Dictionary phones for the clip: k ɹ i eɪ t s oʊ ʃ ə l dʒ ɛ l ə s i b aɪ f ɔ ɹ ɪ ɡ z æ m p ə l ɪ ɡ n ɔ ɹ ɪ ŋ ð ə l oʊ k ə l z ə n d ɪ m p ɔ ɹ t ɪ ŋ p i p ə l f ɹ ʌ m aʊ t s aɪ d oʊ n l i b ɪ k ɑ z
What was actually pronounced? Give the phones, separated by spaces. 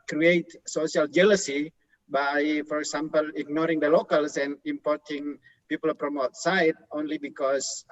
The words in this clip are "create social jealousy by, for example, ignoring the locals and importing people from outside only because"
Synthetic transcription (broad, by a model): k ɹ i eɪ t s oʊ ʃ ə l dʒ ɛ l ə s i b aɪ f ɔ ɹ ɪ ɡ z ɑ m p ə l ɪ ɡ n ɔ ɹ ɪ ŋ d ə l oʊ k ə l s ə n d ɪ m p ɔ ɹ t ɪ ŋ p i p ə l p ɹ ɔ m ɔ t s aɪ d oʊ n l i b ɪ k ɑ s